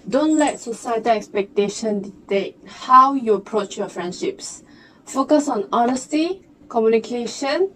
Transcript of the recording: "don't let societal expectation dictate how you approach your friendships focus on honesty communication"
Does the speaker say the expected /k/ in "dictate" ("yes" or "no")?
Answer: no